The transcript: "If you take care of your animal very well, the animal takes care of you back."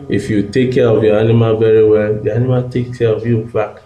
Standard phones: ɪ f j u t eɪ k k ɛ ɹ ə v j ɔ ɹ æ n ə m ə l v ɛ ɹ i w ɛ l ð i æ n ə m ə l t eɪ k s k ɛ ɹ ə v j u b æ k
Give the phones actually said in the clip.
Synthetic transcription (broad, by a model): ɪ f j u t eɪ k k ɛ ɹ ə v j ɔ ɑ n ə m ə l v ɛ ɹ i w ɛ l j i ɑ n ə m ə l t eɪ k k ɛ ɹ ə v j u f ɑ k